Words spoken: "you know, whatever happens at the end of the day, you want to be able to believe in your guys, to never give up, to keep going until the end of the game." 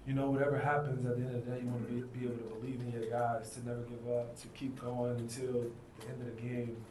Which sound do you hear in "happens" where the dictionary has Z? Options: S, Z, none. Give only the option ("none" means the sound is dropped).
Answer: Z